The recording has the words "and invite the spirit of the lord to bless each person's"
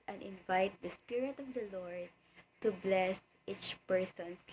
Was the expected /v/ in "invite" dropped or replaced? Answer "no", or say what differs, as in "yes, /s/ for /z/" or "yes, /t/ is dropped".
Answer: no